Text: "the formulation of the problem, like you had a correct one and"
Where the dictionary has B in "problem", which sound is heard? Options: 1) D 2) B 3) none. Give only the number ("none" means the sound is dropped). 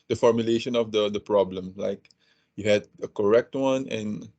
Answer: 2